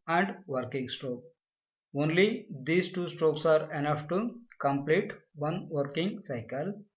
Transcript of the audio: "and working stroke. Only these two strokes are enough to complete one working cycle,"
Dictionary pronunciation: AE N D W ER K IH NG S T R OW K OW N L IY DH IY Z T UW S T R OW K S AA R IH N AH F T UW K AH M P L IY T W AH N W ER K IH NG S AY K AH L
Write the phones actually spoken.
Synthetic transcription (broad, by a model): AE N D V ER K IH NG S T R OW K OW N L IY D IY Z T UW S T R OW K S AA R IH N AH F T UW K AH M P L IY T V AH N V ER K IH NG S AY K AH L